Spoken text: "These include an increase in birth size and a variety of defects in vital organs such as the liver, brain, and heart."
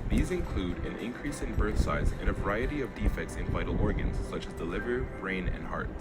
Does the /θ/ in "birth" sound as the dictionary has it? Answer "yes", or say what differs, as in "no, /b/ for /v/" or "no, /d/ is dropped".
yes